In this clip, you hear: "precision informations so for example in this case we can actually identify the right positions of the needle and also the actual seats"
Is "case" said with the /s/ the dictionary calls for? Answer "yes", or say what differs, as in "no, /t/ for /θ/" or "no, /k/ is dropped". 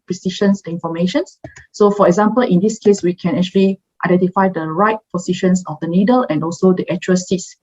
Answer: yes